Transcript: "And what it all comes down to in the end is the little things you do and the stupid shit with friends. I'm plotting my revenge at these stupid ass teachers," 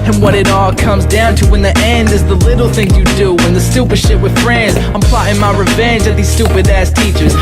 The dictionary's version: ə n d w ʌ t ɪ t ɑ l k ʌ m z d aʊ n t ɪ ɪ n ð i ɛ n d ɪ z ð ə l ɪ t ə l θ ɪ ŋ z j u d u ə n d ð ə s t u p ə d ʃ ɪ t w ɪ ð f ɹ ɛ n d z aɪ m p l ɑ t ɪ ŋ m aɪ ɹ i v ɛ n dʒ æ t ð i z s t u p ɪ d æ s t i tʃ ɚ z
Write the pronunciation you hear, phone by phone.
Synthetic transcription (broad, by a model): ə n w ʌ t ɪ t ɑ l k ʌ m z d aʊ n t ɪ ɪ n ð i ɛ n d ɪ z ð ə l ɪ t l θ ɪ ŋ j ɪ d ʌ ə n ð ə s t u p ə d ʃ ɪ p w ɪ ð f ɹ ɛ n d z aɪ m p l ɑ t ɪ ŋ m aɪ ɹ i v ɛ n dʒ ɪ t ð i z s t u p ɪ d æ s t i tʃ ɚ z